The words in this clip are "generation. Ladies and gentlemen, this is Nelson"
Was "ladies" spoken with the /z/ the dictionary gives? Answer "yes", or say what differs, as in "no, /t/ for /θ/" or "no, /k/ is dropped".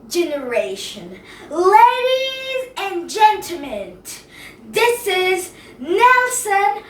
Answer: yes